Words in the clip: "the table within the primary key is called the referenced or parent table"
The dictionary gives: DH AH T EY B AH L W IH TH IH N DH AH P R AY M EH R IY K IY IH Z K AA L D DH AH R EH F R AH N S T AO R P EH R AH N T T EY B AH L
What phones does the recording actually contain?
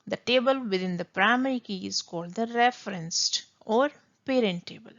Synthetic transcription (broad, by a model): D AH T EY B AH L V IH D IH N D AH P R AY M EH R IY K IY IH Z K AA L D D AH R EH F R AH N S T AO R P EH R AH N T T EY B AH L